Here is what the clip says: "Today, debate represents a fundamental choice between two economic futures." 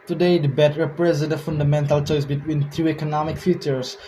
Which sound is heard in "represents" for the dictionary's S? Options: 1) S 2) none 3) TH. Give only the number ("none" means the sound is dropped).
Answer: 2